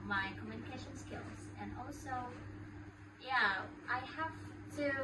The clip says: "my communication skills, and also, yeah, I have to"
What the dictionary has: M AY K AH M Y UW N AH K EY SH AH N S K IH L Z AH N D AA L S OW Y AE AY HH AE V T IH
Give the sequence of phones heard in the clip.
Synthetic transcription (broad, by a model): M AY K AH M Y UW N AH K EY SH AH N S K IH L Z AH N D AA L S OW Y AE AY HH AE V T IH